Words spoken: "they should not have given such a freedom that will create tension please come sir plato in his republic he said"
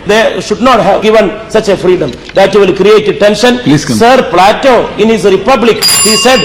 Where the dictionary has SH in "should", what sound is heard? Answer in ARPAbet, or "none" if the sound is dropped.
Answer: SH